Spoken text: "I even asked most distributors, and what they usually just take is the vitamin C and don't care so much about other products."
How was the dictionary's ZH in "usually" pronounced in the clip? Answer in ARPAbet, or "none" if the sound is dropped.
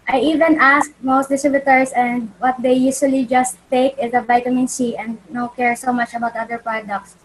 S